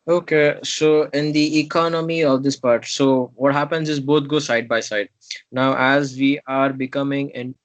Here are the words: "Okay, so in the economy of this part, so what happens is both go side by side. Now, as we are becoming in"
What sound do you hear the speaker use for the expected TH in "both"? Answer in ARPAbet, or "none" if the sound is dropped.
T